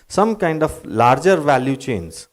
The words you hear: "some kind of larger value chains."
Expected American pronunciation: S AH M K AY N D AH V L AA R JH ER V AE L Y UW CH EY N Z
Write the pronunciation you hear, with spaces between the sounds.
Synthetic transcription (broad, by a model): S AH M K AY N D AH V L AA R JH ER V AE L Y UW CH EY N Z